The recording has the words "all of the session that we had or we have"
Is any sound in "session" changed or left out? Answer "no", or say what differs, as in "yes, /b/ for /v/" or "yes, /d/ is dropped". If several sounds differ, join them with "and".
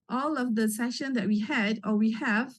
no